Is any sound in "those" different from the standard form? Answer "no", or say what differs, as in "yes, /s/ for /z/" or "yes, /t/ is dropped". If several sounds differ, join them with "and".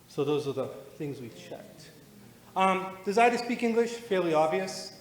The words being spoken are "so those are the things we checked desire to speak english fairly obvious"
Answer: no